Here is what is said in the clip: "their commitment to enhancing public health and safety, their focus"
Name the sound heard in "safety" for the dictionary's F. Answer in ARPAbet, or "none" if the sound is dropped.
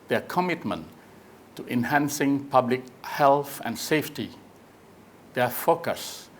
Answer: F